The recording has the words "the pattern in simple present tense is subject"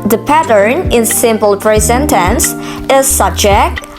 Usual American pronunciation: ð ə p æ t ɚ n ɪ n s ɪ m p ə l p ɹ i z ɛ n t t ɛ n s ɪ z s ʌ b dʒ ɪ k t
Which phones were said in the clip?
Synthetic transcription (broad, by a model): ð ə p æ t ɚ n ɪ n s ɪ m p ə l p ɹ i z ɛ n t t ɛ n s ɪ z s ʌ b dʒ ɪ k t